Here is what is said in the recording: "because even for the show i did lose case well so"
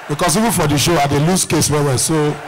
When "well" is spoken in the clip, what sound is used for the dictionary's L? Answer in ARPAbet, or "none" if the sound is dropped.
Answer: W